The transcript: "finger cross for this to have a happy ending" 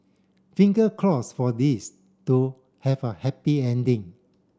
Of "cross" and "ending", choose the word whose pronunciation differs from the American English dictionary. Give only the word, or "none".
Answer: cross